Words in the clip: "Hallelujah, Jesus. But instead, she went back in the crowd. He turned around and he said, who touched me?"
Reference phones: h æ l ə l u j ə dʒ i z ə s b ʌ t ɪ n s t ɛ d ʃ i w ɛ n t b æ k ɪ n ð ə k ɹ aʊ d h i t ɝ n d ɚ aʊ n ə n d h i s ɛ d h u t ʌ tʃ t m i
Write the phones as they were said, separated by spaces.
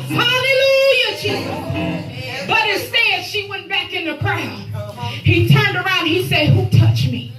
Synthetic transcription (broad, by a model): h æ l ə l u j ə tʃ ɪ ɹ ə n b ʌ t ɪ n s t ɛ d ʃ i w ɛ n b æ k ɪ n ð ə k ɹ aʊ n h i t ɝ n d ɚ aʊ ə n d h i s ɛ d h u t ʌ tʃ m i